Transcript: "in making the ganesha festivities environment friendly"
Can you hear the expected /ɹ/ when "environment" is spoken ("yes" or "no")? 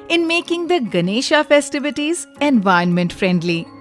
no